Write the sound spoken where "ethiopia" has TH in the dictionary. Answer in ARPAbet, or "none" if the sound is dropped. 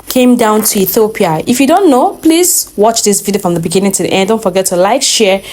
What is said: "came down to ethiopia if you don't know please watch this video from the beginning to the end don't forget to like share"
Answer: TH